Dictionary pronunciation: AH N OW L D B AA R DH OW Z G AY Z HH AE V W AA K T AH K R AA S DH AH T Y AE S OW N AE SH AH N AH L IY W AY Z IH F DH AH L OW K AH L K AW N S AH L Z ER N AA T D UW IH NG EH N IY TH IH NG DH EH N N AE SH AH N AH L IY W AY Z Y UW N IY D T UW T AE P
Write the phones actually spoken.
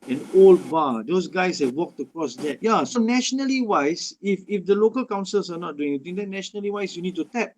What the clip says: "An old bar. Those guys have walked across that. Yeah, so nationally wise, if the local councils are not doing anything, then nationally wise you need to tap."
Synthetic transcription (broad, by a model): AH N OW L D B AA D OW S G AY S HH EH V W AA K T AH K R AA S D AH T Y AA S OW N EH SH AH N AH L IY W AY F IH F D AH L OW K AH L K AW N S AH L S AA N AA T D UW IH NG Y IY T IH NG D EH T N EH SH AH N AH L IY W AY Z Y UW N IY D T UW T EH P